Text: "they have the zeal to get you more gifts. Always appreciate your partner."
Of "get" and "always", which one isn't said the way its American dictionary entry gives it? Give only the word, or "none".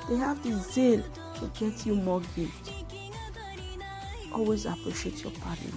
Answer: none